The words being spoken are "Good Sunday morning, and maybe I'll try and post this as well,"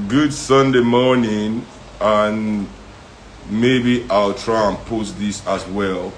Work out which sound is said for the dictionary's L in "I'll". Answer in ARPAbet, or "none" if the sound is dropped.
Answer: L